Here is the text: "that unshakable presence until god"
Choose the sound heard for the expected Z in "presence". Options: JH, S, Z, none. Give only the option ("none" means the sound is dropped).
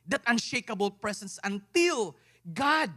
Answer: S